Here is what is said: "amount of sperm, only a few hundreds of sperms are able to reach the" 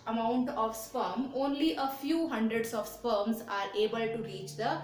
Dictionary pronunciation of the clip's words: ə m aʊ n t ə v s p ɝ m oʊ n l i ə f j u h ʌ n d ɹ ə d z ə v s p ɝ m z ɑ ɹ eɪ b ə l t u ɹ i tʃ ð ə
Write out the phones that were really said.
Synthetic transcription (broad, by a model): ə m aʊ n t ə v s p ɝ m oʊ n l i ə f j u h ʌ n d ɹ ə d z ə v s p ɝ m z ɑ ɹ eɪ b ə l t u ɹ i tʃ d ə